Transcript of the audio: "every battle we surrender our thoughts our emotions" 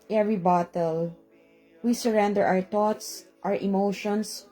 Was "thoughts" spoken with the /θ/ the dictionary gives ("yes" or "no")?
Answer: no